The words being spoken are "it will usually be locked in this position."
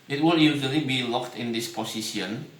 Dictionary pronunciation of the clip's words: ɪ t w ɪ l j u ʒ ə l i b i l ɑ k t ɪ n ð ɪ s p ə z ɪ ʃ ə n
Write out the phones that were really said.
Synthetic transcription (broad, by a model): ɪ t w ɪ l j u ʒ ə l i b i l ɑ k t ɪ n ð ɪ s p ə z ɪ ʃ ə n